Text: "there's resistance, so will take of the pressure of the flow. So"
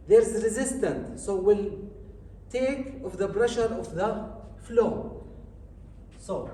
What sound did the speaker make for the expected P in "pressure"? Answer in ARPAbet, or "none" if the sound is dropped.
B